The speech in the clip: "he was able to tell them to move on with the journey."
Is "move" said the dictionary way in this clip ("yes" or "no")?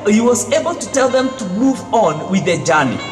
yes